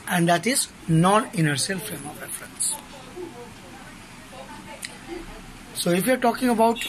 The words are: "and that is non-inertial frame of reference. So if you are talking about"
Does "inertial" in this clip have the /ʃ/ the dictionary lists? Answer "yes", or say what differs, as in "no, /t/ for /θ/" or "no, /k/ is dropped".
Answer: no, /s/ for /ʃ/